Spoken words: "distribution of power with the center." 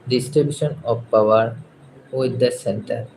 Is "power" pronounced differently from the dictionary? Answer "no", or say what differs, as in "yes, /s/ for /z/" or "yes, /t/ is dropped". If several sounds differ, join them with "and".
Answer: no